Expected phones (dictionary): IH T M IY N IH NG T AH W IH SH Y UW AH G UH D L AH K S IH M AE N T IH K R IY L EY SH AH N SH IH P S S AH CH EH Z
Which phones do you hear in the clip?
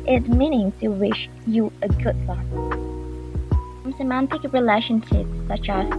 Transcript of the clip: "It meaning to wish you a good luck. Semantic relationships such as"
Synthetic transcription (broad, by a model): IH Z M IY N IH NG T AH W IH SH Y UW AH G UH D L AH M S IH M AE N T IH K R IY L EY SH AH N SH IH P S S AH CH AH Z